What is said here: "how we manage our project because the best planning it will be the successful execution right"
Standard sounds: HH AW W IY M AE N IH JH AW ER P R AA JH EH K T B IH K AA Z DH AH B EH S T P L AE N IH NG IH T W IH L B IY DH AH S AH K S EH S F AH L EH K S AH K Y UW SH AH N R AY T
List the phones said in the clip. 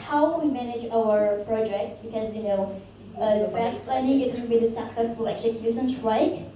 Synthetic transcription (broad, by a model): HH AW W IY M AE N IH JH AW ER P R AA JH EH K T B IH K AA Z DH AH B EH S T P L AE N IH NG IH T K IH B IY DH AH S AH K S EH S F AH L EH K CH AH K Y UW S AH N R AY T